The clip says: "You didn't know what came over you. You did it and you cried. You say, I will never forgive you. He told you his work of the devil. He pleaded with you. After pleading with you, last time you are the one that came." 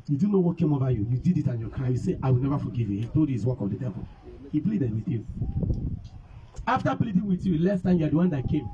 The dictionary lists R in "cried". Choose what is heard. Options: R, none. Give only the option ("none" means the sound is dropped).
none